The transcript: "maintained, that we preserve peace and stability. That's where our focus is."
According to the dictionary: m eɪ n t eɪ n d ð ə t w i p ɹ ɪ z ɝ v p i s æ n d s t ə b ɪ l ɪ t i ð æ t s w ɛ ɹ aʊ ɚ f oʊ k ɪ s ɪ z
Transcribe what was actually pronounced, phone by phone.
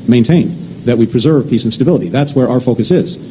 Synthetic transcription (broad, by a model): m eɪ n t eɪ n ð ə t w i p ɹ ɪ z ɝ v p i s n s t ə b ɪ l ɪ t i ð æ t s w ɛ ɹ aʊ ɚ f oʊ k ɪ s ɪ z